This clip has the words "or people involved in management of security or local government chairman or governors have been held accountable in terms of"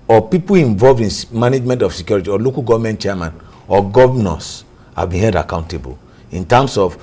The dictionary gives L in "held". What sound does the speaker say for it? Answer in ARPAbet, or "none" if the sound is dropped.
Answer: none